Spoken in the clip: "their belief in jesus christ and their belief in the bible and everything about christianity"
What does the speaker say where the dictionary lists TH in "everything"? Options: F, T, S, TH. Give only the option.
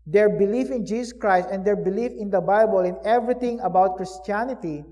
T